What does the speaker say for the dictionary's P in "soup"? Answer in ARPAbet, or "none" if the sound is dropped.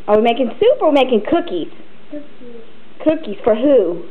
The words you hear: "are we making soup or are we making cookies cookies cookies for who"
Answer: P